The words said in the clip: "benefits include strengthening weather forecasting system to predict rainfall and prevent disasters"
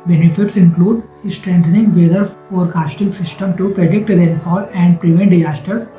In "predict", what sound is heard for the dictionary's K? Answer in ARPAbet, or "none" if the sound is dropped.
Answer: K